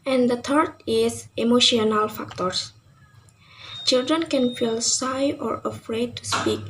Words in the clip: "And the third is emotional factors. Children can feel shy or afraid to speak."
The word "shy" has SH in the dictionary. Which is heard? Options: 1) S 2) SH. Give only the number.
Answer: 1